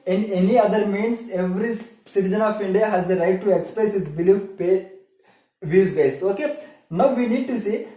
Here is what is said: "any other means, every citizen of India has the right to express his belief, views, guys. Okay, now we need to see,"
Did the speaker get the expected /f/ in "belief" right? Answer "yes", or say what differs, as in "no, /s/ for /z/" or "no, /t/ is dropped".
no, /p/ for /f/